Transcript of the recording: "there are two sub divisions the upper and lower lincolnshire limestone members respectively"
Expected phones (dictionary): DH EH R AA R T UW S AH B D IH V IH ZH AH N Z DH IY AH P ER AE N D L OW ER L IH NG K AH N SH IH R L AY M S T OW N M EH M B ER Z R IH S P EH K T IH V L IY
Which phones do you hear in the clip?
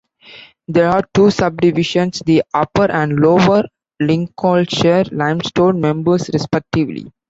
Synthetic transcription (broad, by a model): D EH R AA R T UW S AH B D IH V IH SH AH N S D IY AH P ER AE N D L OW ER L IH NG K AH L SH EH R L AY M S T OW N M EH M B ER S R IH S P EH K T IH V L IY